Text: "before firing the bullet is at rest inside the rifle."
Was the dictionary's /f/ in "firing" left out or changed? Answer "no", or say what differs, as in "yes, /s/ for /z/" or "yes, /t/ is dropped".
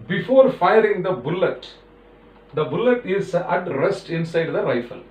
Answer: no